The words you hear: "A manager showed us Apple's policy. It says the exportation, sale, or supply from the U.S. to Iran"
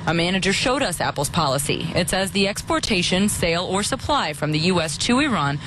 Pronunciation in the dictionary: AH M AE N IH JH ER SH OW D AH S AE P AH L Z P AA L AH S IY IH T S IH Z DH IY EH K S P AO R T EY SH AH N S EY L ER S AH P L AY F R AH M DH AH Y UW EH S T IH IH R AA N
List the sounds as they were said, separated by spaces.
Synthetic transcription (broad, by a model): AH M AE N IH JH ER SH OW D AH S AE P L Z P AA L AH S IY IH T S IH Z DH IY EH K S P AO R T EY SH AH N S EY L ER S AH P L AY F R AH M DH AH Y UW EH S T IH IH R AA N